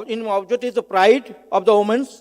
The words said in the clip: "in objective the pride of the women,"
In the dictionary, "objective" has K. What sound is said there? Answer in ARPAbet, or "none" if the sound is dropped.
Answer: none